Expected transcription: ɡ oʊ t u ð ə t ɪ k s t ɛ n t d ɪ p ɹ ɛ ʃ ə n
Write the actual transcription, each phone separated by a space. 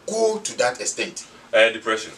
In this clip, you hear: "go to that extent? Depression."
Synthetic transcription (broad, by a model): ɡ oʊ t u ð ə t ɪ s t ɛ t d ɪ p ɹ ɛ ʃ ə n